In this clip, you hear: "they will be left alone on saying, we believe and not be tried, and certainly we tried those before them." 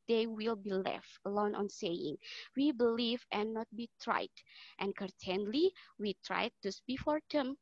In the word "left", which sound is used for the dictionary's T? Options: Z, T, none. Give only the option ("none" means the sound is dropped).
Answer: T